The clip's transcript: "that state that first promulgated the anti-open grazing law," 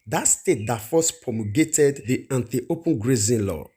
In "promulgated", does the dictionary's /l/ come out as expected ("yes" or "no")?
no